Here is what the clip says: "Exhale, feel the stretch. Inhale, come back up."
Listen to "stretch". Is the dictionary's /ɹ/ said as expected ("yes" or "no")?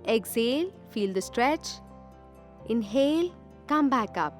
yes